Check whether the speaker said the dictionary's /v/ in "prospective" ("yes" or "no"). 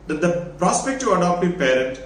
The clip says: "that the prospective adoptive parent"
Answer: no